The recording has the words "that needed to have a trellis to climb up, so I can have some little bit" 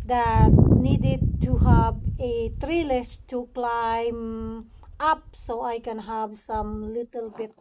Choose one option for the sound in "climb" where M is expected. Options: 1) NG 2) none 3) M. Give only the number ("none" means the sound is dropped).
3